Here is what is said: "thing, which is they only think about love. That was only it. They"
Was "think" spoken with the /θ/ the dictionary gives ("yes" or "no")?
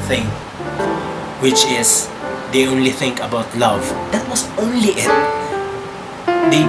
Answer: yes